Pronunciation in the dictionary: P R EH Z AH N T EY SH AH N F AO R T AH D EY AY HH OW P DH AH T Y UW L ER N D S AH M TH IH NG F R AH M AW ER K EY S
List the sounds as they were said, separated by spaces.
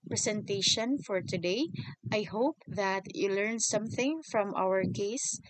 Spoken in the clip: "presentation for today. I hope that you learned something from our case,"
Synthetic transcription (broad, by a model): P R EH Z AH N T EY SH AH N F AO R T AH D EY AY HH OW P DH AH T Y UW L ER N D S AH M TH IH NG F R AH M AW ER K EY S